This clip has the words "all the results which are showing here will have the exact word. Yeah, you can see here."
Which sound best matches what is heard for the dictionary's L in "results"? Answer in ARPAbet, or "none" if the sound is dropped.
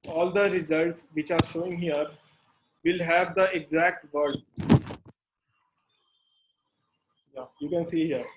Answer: L